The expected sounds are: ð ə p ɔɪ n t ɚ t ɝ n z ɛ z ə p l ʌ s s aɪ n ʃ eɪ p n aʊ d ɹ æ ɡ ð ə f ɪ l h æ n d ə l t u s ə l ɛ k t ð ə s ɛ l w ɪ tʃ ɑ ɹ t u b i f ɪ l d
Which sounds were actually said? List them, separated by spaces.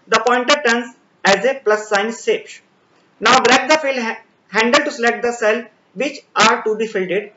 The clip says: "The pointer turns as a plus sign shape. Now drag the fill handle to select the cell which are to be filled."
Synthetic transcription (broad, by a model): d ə p ɔɪ n t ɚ t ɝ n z ɛ z ə p l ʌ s s aɪ n s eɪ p n aʊ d ɹ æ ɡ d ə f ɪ l h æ n d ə l t u s ə l ɛ k t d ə s ɛ l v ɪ tʃ ɑ ɹ t u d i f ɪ l d